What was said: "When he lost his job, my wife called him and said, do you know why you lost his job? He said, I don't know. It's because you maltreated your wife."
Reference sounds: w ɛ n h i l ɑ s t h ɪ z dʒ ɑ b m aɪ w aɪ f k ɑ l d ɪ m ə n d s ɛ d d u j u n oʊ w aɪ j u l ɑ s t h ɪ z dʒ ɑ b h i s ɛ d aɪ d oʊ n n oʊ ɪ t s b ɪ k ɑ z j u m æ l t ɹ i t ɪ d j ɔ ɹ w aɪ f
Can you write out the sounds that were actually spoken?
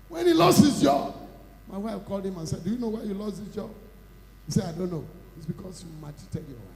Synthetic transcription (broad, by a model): w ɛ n h i l ɑ s t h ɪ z dʒ ɑ b m aɪ w aɪ f k ɑ l d ɪ m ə n s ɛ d d u j u n oʊ w aɪ j u l ɑ s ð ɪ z dʒ ɑ b h i s ɛ d aɪ d oʊ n n oʊ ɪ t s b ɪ k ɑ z j u m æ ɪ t i t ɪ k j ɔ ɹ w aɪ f